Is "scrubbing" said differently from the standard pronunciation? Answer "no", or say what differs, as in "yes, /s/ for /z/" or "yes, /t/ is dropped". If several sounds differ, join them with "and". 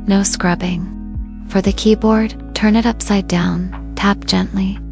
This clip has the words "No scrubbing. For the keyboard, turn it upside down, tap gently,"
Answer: no